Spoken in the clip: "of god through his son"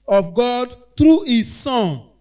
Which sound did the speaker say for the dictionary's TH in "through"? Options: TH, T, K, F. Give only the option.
T